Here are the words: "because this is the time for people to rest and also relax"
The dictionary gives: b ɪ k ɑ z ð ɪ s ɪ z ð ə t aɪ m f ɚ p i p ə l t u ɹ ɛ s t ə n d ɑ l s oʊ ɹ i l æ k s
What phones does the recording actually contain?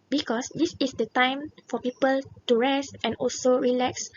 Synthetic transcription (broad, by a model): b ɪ k ɑ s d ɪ s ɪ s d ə t aɪ m f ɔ p i p ə l t u ɹ ɛ s t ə n ɑ l s oʊ ɹ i l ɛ k s